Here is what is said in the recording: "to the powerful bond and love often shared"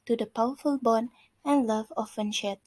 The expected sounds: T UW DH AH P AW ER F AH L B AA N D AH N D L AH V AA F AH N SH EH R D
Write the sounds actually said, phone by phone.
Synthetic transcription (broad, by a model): T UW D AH P AW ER F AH L B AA N AH N L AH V AA F AH N SH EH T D